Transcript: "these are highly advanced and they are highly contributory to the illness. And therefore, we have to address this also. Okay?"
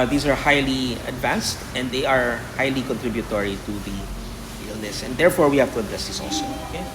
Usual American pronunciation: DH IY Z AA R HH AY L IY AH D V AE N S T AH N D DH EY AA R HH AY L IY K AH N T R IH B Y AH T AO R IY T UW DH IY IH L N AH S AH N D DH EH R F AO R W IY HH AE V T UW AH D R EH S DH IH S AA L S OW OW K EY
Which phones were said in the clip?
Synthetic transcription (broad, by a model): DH IY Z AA R HH AY L IY AH D V AE N S T AH N D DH EY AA R HH AY L IY K AH N T R IH B Y AH T AO R IY T UW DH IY IH L N AH S AH N D EH R F AO R W IY HH AE V T UW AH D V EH S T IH S AA L S OW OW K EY